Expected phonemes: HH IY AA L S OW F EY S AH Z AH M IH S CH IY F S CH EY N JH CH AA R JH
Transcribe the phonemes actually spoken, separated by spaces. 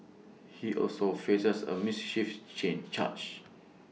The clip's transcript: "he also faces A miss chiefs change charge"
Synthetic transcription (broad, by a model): HH IY AA L S OW F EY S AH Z AH M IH S SH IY F CH EY N CH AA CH